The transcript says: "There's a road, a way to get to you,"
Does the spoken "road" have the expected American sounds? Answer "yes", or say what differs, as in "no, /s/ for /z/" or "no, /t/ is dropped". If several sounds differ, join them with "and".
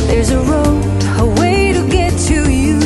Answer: no, /d/ is dropped